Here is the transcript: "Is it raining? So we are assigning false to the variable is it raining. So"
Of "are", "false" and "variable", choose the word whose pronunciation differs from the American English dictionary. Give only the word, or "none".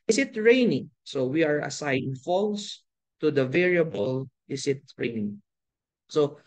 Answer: none